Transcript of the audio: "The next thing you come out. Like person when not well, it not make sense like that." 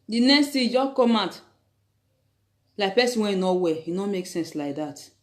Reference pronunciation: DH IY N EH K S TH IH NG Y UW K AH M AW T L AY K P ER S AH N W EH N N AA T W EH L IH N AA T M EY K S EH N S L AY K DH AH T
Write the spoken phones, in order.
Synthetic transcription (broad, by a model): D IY N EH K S T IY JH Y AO K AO M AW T L AY K P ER S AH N W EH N N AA W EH IH N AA M EY K S EH N S L AY K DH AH T